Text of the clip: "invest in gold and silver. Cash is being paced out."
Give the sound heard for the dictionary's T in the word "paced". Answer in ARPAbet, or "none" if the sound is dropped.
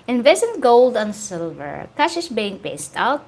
T